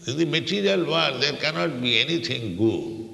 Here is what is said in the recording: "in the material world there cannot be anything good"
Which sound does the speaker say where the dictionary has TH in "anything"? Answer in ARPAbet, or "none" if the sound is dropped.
T